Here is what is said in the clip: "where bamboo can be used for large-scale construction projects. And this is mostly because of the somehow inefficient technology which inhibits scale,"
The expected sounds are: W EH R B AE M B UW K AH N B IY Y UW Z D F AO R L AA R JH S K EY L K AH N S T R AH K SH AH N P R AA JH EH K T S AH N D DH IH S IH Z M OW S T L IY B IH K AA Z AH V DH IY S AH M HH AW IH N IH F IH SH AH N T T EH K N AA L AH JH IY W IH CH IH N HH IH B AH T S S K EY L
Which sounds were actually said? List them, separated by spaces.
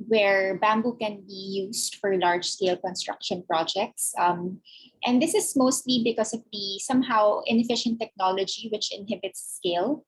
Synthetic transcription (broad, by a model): W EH R B AE M B UW K AH N B IY Y UW S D F AO R L AA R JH S K EY L K AH N S T R AH K SH AH N P R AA JH EH K T S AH N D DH IH S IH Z M OW S T L IY B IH K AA S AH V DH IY S AH M HH AW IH N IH F IH SH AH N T T EH K N AA L AH JH IY W IH CH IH N HH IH B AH T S S K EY L